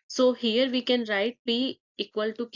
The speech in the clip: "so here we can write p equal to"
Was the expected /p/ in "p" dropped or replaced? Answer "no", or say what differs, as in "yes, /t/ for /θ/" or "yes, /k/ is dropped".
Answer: yes, /b/ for /p/